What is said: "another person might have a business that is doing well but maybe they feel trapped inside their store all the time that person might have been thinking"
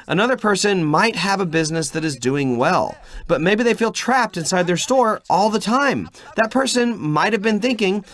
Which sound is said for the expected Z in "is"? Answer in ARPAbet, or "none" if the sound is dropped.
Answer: Z